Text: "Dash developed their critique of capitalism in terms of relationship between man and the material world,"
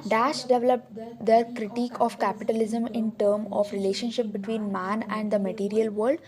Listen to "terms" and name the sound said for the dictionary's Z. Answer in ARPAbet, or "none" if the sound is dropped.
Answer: none